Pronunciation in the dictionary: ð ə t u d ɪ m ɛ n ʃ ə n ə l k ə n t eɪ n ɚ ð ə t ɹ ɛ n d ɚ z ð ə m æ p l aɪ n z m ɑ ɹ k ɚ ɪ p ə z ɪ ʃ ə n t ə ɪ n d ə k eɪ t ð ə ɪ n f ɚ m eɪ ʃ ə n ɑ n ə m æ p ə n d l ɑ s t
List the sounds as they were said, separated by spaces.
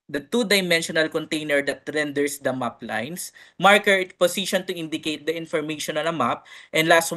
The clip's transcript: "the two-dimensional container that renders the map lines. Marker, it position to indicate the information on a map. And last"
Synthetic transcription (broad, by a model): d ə t u d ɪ m ɛ n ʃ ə n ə l k ə n t eɪ n ɚ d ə t ɹ ɛ n d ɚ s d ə m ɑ p l aɪ n s m ɑ ɹ k ɚ ɪ p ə s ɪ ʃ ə n t ə ɪ n d ə k eɪ t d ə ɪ n f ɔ m eɪ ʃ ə n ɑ n ə m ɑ p ə n d l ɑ s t